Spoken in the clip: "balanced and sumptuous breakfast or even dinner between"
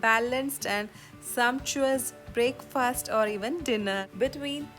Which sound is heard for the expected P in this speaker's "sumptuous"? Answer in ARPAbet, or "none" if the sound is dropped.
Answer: P